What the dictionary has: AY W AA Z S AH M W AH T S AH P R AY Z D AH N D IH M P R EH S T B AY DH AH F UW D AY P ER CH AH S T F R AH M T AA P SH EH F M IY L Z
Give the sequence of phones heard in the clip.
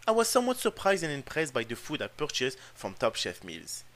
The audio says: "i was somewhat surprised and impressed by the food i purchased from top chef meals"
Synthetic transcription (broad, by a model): AY W AA Z S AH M W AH T S AH P R AY Z D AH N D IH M P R EH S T B AY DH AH F UW D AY P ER CH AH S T F R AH M T AA P SH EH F M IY L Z